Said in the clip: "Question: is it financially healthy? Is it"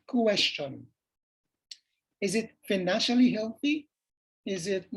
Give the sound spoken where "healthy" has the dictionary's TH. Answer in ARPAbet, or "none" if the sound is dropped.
TH